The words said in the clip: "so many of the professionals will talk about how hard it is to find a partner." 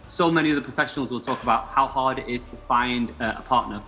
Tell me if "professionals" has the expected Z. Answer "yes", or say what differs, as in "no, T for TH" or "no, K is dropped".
yes